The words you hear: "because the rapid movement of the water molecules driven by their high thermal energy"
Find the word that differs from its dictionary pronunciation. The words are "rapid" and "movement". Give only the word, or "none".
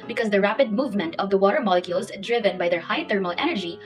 none